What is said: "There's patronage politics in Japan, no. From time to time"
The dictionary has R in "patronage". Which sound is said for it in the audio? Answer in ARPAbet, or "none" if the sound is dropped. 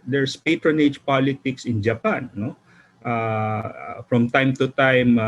R